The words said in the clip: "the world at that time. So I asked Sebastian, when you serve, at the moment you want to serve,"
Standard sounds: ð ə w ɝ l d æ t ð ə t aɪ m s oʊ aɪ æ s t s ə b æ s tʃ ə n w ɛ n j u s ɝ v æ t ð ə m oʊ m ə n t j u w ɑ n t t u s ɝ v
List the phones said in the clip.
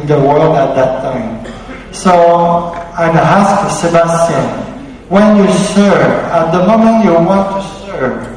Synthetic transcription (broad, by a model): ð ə w ɝ l d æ t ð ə t aɪ m s oʊ aɪ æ s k s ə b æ s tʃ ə n w ɛ n j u s ɝ v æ t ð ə m oʊ m ə n t j u w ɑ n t t u s ɝ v